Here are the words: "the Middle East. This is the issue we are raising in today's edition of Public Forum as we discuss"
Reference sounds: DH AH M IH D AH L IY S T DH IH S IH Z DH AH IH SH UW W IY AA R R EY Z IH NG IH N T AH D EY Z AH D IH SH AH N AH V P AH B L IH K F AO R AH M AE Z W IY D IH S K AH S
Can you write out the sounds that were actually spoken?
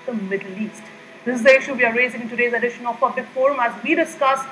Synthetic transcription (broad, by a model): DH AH M IH D AH L IY S T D IH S IH Z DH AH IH SH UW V IY AA R R EY Z IH NG IH N T AH D EY Z AH D IH SH AH N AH P AH B L IH K F AO R AH M AE Z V IY D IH S K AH S